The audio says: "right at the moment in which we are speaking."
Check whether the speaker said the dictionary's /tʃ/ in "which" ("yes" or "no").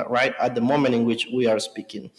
yes